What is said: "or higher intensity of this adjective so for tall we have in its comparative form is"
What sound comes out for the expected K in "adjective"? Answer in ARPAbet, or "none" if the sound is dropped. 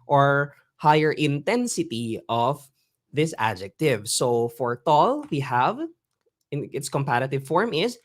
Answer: K